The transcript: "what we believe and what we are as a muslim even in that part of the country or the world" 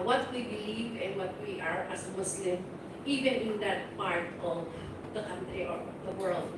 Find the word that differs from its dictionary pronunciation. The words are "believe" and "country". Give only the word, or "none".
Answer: none